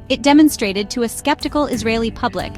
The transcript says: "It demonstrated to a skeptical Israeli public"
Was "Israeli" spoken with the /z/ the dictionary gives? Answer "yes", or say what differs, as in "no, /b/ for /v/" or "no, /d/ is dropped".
yes